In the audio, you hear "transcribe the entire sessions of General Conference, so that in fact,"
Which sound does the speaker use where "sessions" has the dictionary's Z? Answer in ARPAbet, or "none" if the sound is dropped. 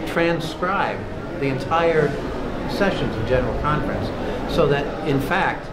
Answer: Z